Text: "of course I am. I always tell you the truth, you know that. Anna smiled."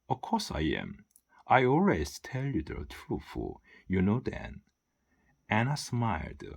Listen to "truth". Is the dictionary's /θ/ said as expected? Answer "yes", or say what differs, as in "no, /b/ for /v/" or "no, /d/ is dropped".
no, /f/ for /θ/